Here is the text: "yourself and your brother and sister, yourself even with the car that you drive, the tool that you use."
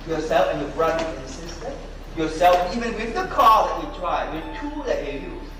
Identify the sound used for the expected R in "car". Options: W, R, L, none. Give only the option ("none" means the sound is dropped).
L